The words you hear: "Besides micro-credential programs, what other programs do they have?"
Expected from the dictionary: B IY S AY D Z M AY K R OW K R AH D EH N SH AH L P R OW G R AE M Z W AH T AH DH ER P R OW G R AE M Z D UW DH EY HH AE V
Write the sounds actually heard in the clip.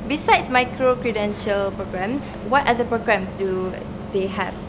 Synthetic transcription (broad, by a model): B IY S AY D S M AY K R OW K R AH D EH N SH AH L P R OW G R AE M S W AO T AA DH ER P R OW G R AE M S D UW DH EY HH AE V